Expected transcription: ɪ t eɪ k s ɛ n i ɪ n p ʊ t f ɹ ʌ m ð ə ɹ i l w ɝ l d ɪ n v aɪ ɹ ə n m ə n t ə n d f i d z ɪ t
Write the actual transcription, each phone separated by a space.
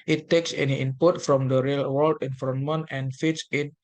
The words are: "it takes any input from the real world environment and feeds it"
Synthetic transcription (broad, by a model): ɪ t eɪ k s ɛ n i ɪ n p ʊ t f ɹ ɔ m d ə ɹ i l w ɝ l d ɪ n f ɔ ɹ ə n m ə n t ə n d f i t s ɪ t